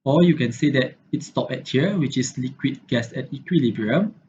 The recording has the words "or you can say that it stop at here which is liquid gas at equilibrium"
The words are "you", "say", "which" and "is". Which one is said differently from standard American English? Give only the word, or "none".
is